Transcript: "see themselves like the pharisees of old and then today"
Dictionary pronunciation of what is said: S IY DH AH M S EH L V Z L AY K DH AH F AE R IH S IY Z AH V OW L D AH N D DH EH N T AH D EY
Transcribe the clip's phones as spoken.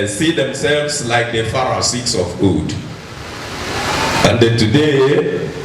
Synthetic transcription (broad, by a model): S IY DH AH M S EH L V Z L AY K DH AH F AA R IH S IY S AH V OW D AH N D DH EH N T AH D EY